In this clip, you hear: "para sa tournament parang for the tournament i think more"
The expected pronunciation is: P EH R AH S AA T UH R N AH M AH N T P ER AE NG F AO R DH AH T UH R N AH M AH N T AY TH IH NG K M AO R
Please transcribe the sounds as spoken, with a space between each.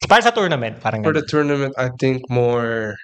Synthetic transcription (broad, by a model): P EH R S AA T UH R N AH M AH N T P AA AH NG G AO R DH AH T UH R N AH M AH N T AY T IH NG K M AO R